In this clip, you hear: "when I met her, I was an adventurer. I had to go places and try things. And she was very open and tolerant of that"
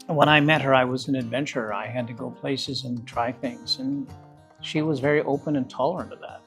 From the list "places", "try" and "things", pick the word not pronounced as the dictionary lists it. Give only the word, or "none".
none